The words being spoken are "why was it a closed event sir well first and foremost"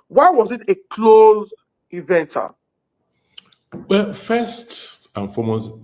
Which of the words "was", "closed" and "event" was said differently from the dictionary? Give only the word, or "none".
closed